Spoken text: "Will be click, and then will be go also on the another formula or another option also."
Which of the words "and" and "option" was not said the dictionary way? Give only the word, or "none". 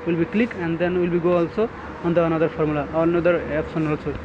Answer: option